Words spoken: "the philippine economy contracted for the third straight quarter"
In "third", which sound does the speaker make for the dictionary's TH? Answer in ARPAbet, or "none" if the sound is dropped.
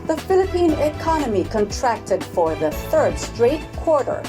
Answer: TH